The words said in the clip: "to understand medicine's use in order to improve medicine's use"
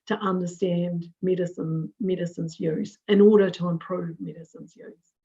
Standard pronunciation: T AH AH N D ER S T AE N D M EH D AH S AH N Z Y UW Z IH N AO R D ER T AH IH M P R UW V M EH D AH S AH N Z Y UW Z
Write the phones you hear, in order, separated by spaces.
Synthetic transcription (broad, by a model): T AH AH N D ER S T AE N D M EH D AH S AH N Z Y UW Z IH N AO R D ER T AH IH M P R UW V M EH D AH S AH N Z Y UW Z